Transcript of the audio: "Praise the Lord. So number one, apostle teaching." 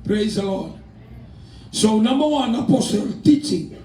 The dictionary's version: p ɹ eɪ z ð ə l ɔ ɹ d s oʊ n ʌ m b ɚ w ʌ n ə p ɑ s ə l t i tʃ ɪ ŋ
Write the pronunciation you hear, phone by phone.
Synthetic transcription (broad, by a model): p ɹ eɪ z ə l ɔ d s oʊ n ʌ m ɚ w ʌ n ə p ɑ s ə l t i tʃ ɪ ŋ